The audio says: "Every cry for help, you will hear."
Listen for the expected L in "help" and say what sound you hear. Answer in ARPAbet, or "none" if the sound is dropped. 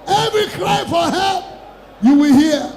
none